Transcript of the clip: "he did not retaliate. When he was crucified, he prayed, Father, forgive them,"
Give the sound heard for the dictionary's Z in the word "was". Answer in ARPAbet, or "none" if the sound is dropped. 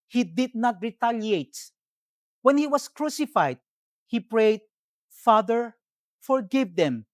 S